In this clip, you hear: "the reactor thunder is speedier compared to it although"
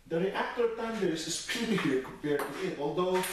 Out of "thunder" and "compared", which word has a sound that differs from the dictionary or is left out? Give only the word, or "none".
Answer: thunder